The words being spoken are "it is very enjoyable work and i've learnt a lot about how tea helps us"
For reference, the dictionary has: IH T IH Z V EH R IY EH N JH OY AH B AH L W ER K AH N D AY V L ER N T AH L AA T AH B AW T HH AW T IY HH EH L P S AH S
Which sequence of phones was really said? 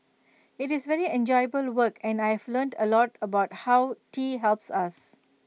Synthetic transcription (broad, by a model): IH T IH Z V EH R IY EH N JH OY AH B AH L W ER K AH N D AY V L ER N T AH L AA T AH B AW T HH AW T IY HH EH L P S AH S